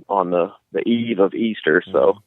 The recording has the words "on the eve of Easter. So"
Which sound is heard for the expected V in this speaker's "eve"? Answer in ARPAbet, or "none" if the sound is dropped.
V